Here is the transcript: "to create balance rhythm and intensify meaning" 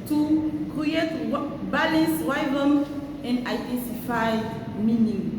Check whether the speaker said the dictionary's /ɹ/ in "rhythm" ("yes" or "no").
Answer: no